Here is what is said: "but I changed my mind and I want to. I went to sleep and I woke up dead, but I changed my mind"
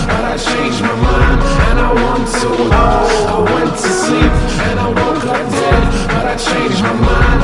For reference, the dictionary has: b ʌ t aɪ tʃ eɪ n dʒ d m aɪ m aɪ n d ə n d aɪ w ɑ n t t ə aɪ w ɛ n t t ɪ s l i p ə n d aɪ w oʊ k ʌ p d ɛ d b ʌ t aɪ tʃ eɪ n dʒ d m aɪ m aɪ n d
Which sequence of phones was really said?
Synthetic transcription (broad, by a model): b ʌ t aɪ tʃ eɪ n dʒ m aɪ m aɪ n ə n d aɪ w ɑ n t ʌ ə aɪ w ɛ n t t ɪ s i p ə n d aɪ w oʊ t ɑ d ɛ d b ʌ t aɪ tʃ eɪ n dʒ m aɪ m aɪ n